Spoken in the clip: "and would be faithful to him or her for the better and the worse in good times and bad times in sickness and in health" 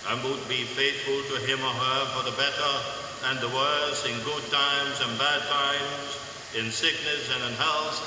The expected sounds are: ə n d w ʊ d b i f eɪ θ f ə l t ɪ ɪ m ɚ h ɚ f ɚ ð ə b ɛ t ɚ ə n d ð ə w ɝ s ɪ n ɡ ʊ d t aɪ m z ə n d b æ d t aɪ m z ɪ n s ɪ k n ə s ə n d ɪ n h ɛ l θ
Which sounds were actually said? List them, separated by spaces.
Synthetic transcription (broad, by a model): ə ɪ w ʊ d b i f eɪ θ f ə l t ɪ ɪ m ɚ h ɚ f ɚ ð ə b ɛ t ɚ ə n ð ə w ɝ s ɪ n ɡ ʊ d t aɪ m z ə n b æ d t aɪ m z ɪ n s ɪ k n ə s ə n ɪ n h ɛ l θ